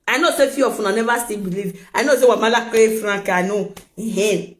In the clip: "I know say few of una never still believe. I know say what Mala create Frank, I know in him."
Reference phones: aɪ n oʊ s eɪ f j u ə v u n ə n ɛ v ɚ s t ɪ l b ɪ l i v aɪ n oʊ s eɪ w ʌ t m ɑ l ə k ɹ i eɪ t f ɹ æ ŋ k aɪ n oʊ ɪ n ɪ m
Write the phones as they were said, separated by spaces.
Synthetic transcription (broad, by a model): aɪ n oʊ s eɪ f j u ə f u n ə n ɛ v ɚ s t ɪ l b ɪ l i v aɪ n oʊ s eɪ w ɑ m ɑ l ə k i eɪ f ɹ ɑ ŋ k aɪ n oʊ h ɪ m